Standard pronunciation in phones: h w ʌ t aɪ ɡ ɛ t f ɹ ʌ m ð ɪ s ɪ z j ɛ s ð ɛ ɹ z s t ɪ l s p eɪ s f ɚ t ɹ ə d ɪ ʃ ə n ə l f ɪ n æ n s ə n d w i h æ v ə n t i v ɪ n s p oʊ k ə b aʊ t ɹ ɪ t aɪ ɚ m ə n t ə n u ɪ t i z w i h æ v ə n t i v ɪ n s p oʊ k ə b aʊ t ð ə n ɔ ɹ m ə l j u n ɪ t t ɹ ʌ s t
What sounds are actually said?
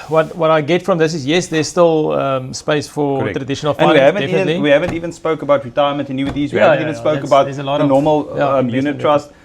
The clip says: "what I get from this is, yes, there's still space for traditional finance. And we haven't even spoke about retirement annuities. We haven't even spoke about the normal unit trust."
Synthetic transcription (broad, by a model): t w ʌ t aɪ ɡ ɛ t f ɹ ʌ m ð ɪ s ɪ z j ɛ s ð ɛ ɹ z s t ɪ l s p eɪ s f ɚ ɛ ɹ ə d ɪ ʃ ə n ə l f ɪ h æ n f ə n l w i h æ v ə n t i v ɪ n s p oʊ k ə b aʊ t ɹ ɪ t aɪ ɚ m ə n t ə n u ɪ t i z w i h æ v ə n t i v n s p oʊ k ə b aʊ t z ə l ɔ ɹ m ə l j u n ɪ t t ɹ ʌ s t